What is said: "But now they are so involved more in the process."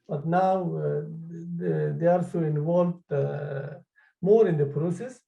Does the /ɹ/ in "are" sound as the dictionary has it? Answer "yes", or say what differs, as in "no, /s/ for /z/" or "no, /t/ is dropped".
no, /l/ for /ɹ/